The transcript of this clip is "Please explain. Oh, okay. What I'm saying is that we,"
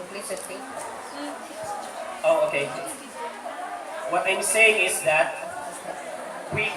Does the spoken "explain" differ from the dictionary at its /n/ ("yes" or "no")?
yes